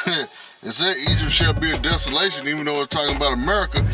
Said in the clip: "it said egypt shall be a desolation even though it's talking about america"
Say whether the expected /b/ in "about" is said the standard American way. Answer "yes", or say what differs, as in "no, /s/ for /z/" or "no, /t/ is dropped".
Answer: yes